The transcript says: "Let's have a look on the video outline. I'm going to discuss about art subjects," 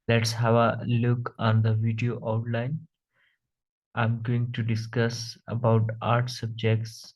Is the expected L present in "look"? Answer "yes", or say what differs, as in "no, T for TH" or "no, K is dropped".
yes